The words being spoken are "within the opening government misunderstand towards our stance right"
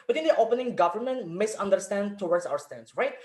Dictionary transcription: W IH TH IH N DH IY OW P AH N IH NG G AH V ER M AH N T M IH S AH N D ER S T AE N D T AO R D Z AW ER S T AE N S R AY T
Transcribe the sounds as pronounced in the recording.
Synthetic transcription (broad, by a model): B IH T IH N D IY OW P AH N IH NG G AH V ER M AH N T M IH S AH N D ER S T AE N D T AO W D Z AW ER S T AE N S R AY T